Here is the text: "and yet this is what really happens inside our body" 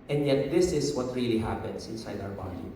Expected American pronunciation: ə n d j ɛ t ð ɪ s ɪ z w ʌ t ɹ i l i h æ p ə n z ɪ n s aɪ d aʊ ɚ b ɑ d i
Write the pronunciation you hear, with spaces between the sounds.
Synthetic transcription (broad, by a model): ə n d j ɛ t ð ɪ s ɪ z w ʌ t ɹ i l i h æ p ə n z ɪ n s aɪ d aʊ ɚ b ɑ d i